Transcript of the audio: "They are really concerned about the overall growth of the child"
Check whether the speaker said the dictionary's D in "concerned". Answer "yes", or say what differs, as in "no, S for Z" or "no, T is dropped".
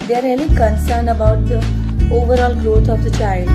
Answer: no, D is dropped